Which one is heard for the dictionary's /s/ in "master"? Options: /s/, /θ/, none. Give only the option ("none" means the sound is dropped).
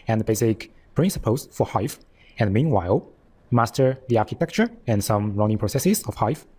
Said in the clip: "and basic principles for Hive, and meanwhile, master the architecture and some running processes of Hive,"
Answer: /s/